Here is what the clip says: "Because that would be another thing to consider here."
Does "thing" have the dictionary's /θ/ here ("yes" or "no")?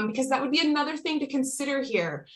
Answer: yes